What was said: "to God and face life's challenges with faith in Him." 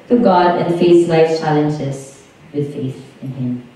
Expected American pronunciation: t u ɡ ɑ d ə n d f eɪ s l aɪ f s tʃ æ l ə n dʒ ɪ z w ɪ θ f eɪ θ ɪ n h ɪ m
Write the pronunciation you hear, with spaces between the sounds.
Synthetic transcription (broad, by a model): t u ɡ ɑ d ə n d f eɪ s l aɪ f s tʃ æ l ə n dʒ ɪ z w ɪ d f eɪ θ ɪ n h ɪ m